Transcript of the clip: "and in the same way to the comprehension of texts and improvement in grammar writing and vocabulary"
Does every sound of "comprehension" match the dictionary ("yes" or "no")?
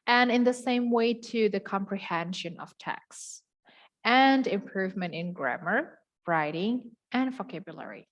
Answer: yes